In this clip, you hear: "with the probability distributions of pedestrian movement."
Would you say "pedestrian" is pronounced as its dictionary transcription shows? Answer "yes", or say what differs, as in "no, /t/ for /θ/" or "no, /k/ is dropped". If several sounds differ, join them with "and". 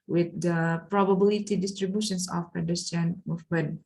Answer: no, /ɹ/ is dropped